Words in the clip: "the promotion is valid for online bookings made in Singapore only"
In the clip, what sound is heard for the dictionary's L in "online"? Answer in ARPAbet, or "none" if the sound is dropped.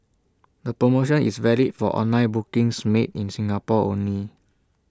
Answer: none